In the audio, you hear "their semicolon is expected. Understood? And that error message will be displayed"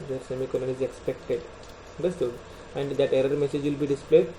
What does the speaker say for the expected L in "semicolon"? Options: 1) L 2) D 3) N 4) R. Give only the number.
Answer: 3